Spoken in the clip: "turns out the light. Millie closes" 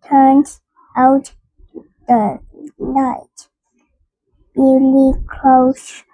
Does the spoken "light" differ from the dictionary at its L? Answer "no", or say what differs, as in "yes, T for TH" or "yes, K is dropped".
yes, N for L